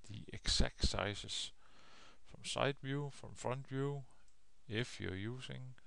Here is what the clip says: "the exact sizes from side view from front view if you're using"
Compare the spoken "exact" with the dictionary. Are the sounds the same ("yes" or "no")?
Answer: no